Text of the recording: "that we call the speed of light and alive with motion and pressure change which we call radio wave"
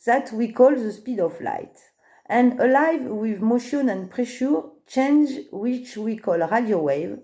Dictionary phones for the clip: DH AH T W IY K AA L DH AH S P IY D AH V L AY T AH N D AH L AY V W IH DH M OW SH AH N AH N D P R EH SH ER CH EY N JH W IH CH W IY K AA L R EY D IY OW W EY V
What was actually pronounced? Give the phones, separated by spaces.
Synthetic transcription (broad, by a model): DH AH T W IY K AA L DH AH S P IY D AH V L AY T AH N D AH L AY V W IH DH M OW SH AH N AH N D P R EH SH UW CH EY N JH W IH CH W IY K AA L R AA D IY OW W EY V